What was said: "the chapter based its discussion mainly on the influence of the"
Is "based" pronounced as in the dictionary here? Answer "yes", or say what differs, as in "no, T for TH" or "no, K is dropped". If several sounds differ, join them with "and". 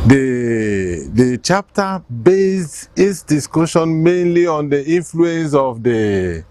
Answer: no, T is dropped